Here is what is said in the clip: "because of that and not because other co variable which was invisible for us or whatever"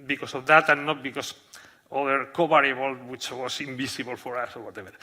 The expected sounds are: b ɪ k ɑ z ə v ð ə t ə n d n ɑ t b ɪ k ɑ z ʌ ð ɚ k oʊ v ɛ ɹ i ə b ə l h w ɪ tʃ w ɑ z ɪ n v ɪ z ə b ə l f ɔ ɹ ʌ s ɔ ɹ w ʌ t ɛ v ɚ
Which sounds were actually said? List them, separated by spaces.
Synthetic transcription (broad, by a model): b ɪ k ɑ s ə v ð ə t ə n n ɑ t b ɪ k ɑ s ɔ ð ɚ k oʊ b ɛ ɹ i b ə l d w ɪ tʃ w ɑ s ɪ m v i s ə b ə l f ɔ ɹ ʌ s ɔ ɹ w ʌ t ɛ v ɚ